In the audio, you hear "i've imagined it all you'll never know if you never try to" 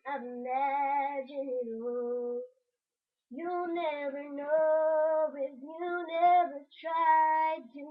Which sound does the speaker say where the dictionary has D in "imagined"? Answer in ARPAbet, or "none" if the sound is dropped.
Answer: none